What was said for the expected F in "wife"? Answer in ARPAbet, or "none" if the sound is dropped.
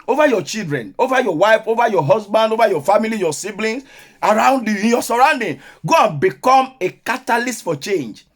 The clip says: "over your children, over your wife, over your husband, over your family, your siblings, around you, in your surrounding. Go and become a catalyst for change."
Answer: F